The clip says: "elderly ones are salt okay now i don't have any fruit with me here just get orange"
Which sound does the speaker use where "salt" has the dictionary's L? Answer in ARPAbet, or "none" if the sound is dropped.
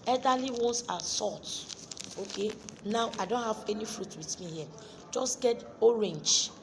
none